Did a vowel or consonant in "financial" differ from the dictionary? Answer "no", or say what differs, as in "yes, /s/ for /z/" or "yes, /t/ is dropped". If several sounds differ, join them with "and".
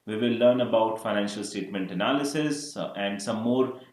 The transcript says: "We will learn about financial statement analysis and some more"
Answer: no